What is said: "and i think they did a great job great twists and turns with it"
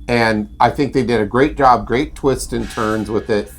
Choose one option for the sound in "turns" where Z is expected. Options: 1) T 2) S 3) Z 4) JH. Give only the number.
3